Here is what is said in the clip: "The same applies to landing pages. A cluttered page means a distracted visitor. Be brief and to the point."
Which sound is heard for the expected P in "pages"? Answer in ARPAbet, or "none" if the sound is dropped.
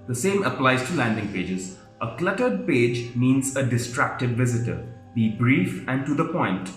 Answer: P